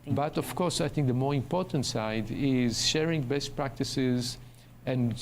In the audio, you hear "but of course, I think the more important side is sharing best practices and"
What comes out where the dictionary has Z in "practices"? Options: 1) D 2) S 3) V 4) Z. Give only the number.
4